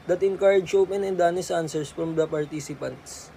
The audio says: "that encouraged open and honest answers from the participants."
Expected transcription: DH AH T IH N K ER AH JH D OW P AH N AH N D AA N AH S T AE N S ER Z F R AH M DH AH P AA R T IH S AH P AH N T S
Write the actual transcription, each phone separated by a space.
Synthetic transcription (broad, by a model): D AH T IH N K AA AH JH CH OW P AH N AH N D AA N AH S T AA N S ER S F R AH M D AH P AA R T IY S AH P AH N T S